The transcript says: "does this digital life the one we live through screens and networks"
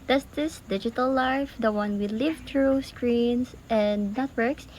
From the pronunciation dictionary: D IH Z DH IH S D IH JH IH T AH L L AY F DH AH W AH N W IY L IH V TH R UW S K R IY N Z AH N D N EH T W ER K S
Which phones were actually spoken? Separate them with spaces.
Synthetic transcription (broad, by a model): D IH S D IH S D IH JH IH T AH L L AY F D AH W AH N W IY L IH V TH R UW S K R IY N S AH N D N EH T W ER K S